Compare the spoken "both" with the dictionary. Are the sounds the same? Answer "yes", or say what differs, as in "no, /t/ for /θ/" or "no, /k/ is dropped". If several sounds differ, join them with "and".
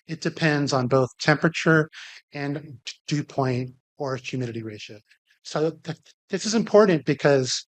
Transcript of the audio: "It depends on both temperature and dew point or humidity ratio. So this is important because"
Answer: yes